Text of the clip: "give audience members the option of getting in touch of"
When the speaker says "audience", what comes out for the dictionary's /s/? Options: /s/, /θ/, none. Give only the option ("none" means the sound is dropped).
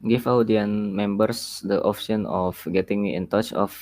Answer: none